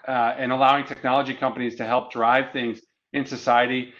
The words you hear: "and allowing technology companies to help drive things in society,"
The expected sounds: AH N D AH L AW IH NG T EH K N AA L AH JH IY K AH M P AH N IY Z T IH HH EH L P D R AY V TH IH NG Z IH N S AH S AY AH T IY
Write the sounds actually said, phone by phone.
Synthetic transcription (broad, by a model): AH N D AH L AW IH NG T EH K N AA L AH JH IY K AH M P AH N IY Z T IH HH EH L P D R AY V TH IH NG Z IH N S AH S AY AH T IY